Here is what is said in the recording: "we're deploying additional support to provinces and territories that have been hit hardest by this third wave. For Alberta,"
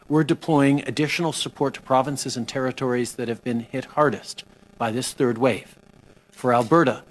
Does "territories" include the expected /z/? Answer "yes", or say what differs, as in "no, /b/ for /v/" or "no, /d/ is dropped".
yes